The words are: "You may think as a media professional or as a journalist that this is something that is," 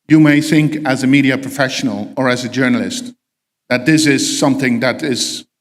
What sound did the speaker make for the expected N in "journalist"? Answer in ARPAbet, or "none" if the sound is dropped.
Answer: N